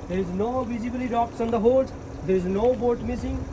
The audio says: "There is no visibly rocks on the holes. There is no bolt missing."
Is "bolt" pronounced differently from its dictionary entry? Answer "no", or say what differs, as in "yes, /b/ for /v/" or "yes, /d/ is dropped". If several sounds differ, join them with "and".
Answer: yes, /l/ is dropped